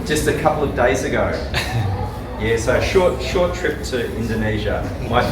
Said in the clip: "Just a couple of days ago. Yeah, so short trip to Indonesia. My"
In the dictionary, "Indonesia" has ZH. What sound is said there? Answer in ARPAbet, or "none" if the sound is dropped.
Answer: ZH